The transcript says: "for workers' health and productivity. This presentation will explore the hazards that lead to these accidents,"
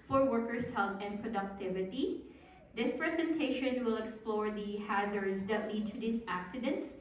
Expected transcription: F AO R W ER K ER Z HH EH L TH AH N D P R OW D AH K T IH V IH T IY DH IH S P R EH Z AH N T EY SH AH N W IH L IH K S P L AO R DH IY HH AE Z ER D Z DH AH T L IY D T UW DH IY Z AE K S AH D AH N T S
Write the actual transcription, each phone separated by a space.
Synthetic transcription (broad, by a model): F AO R W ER K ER S HH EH L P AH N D P R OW D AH K T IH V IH T IY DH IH S P R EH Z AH N T EY SH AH N W IH L IH K S P L AO R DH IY HH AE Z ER D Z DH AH T L IY D T UW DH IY S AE K S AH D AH N T S